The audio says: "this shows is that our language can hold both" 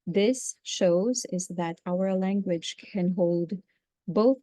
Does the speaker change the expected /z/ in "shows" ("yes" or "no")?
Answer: no